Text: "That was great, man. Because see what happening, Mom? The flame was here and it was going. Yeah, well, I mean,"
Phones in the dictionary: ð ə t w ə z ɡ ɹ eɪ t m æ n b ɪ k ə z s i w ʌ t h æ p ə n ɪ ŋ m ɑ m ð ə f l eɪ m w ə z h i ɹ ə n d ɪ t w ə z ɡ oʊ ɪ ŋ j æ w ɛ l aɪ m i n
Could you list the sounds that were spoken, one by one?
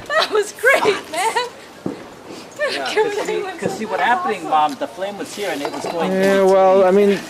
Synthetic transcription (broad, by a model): ð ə t w ə z ɡ ɹ eɪ t m æ n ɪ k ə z s i w ʌ t h æ p ə n ɪ ŋ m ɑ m ð ə f l eɪ m w ə z h i ɹ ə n ɪ t w ə z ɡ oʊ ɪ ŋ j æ w ɛ l aɪ m i n